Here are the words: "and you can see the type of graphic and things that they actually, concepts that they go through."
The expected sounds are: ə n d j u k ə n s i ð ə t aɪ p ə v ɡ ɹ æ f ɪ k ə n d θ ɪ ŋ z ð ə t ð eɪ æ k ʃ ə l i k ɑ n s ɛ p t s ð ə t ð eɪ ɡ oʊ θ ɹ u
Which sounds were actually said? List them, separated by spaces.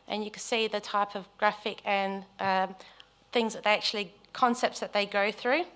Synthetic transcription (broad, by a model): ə n j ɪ k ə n s i ð ə t aɪ p ə v ɡ ɹ æ f ɪ k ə n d θ ɪ ŋ z ð ə t ð eɪ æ k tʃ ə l i k ɑ n s ɛ p t s ð ə t ð eɪ ɡ oʊ θ ɹ u